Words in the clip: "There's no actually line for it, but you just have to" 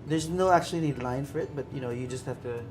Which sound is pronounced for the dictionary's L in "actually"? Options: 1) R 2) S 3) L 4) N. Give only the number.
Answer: 4